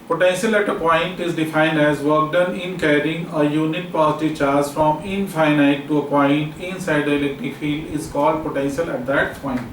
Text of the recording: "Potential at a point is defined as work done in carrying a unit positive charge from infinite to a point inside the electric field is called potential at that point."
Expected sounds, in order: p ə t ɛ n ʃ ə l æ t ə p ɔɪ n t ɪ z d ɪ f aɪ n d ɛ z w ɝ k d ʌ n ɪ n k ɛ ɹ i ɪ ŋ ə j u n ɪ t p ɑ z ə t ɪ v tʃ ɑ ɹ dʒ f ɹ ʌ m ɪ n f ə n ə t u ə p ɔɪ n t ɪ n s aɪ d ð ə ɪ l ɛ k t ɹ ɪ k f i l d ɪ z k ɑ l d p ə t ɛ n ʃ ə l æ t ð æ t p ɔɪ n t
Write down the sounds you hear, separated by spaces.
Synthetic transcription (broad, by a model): p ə t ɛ n ʃ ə l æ t ə p ɔɪ n t ɪ z d ɪ f aɪ n d ɛ z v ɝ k d ʌ n ɪ n k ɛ ɹ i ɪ ŋ ə j u n ɪ t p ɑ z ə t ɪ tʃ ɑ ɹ z f ɹ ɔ m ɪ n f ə n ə t u ə p ɔɪ n t ɪ n s aɪ d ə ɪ l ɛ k t ɪ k f i l d ɪ z k ɑ l d p ə t ɛ n ʃ ə l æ t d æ t p ɔɪ n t